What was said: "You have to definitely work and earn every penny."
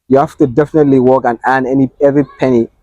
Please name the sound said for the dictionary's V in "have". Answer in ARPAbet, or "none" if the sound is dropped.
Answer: F